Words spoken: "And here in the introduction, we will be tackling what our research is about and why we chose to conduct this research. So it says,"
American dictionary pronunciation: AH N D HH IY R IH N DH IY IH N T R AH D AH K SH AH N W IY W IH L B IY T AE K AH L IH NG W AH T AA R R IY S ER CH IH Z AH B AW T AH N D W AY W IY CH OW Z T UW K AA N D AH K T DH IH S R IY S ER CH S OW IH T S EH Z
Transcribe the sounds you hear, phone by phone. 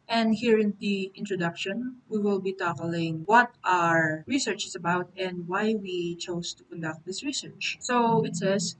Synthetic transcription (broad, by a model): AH N D HH IY R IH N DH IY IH N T R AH D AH K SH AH N W IY W IH L B IY T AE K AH L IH NG W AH T AA R R IY S ER CH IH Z AH B AW T AH N D W AY W IY CH OW S T UW K AA N D AH K T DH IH S R IY S ER CH S OW IH T S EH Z